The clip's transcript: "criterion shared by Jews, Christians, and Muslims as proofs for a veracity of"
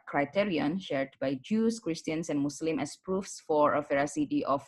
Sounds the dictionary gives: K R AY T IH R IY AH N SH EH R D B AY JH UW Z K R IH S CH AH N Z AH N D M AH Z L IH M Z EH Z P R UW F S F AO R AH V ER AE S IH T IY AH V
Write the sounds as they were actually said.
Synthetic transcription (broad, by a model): K R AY T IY R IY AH N SH EH R D B AY JH UW S K R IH S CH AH N S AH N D M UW S L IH M EH S P R UW F S F AO R AH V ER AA S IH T IY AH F